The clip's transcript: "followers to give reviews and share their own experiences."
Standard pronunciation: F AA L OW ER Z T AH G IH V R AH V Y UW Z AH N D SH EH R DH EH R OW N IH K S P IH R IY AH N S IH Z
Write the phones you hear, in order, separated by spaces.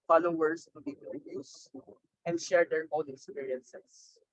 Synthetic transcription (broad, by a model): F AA L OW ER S T AH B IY P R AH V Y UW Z AH N D SH EH R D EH R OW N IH K S P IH R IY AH N S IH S